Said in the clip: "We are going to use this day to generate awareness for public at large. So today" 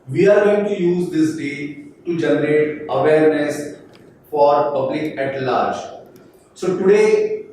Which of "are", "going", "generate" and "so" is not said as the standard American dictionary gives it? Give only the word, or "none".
none